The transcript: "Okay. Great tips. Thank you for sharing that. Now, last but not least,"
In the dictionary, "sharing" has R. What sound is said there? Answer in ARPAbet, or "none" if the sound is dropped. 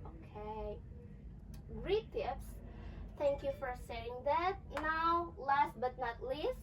none